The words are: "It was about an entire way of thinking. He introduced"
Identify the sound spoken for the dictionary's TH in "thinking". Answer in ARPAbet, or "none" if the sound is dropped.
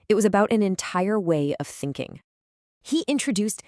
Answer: TH